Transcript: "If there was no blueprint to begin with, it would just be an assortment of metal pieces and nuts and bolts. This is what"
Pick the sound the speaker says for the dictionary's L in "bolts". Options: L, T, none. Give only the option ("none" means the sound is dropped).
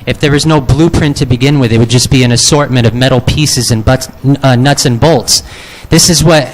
L